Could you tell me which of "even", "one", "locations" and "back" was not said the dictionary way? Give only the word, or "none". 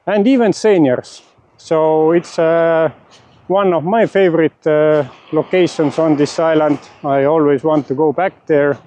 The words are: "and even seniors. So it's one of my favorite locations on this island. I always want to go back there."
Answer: locations